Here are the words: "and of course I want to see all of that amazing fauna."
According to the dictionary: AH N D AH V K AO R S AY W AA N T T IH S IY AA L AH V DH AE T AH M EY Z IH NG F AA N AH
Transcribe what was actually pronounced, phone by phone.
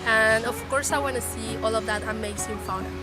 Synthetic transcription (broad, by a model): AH N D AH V K AO R S AY W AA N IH S IY AA L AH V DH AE T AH M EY S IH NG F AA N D